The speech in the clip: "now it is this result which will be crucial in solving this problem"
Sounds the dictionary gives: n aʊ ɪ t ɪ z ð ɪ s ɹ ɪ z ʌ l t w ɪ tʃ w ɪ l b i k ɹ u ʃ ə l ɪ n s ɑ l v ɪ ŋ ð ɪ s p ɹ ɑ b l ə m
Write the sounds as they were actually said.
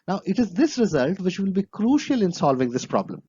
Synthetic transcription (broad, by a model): n aʊ ɪ t ɪ z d ɪ s ɹ ɪ z ʌ l t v ɪ tʃ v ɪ l b i k ɹ u ʃ ə l ɪ n s ɑ l v ɪ ŋ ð ɪ s p ɹ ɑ b l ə m